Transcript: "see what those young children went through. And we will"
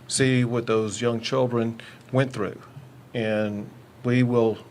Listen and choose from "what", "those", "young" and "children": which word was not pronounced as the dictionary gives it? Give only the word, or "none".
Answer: none